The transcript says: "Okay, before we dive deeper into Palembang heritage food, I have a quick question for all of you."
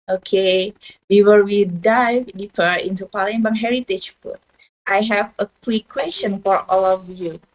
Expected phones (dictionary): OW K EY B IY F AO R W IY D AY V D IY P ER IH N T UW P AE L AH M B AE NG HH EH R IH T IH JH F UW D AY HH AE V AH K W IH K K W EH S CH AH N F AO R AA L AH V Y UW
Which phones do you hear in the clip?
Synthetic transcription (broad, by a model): OW K EY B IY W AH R W IY D AY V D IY F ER IH N T UW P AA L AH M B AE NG HH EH R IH T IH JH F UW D AY HH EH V AH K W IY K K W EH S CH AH N F AO R AA L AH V Y UW